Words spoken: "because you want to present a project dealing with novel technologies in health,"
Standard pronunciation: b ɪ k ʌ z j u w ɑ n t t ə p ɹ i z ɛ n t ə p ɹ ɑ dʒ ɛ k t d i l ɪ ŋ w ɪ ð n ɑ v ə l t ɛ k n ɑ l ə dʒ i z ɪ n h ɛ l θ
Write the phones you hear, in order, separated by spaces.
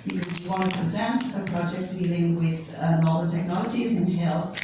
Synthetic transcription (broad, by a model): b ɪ k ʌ z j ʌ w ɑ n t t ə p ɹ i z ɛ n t ə p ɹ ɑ dʒ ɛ k d i l ɪ ŋ w ɪ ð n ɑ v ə n t ɛ k n ɑ l ə dʒ i z ɪ n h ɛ l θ